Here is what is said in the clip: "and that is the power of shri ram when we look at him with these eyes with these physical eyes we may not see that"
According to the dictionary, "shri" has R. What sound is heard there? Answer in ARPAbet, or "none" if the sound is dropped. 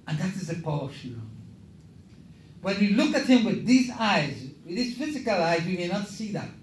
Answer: none